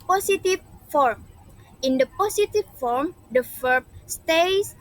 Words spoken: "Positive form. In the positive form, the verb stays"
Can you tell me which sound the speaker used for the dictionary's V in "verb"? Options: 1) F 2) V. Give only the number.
1